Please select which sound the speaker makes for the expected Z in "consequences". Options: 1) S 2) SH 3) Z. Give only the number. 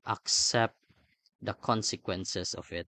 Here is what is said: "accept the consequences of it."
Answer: 1